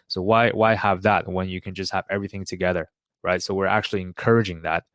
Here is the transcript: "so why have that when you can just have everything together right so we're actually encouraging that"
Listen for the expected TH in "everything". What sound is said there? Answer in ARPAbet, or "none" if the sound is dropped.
TH